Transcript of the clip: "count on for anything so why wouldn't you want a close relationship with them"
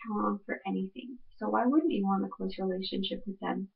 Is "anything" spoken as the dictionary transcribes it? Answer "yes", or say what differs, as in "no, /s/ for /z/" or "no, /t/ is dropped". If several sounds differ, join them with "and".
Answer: yes